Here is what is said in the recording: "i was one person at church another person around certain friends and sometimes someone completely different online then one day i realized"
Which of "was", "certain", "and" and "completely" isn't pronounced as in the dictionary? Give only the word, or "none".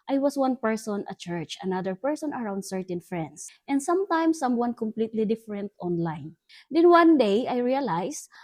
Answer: was